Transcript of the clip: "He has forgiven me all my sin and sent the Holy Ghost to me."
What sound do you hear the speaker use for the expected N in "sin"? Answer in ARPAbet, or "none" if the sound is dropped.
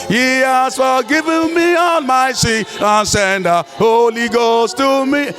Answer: none